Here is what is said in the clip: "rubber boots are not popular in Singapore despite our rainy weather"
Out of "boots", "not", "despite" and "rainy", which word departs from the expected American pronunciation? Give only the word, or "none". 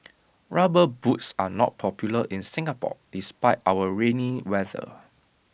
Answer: none